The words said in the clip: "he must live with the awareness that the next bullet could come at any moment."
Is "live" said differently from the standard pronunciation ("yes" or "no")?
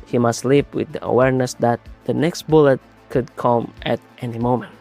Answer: yes